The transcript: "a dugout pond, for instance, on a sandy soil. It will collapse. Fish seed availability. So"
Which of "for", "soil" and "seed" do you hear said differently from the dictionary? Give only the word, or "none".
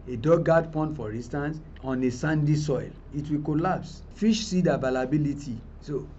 none